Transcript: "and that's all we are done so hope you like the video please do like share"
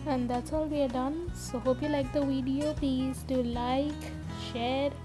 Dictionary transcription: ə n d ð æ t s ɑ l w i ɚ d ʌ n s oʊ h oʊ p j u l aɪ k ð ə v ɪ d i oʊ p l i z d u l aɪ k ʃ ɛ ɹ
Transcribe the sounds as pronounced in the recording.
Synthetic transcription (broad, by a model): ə n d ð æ t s ɑ l w i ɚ d ʌ n s oʊ h oʊ p j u l aɪ k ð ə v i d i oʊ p i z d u l aɪ k ʃ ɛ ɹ